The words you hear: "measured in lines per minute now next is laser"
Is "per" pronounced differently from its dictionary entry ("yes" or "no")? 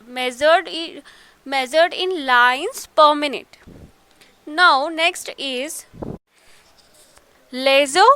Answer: no